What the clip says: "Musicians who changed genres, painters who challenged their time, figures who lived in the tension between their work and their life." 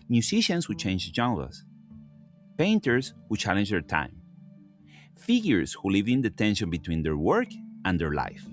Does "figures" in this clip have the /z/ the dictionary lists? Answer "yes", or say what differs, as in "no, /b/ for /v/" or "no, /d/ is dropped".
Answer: no, /s/ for /z/